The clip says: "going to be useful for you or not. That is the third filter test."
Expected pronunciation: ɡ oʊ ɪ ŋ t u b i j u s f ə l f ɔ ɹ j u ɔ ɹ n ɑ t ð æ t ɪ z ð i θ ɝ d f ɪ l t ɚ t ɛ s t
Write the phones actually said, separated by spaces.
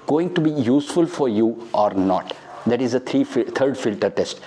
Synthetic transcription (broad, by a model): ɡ oʊ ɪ ŋ t u b i j u s f ə l f ɔ ɹ j u ɔ ɹ n ɑ t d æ t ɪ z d i f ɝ d f ɪ l t ɚ t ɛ s t